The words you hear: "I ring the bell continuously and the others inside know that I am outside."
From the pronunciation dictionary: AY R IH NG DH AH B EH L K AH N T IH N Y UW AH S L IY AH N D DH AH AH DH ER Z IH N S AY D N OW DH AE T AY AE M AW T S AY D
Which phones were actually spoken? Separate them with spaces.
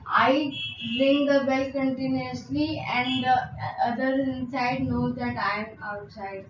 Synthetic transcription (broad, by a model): AY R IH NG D AH B EH L K AH N T IH N Y UW AH S L IY AH N D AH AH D ER IH N S AY D N OW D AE T AY M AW T S AY D